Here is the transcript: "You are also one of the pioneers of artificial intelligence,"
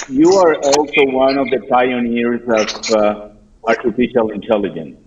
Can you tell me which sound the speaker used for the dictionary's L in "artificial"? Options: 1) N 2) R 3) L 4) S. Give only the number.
3